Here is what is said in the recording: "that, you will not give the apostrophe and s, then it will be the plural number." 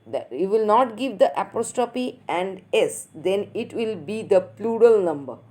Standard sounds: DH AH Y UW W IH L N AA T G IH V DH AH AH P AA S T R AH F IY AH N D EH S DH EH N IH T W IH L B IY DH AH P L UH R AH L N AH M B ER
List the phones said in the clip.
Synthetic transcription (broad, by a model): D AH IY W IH L N AA T G IH V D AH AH P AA S T AH P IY AH N D EH S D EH N IH T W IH L B IY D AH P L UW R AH L N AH M B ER